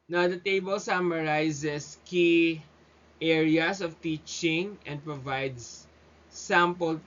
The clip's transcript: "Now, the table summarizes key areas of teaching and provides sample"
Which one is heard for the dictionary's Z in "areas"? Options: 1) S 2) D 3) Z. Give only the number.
1